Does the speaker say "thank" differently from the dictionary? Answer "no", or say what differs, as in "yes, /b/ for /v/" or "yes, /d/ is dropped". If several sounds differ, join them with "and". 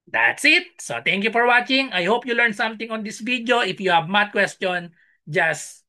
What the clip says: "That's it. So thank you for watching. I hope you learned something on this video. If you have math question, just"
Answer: yes, /t/ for /θ/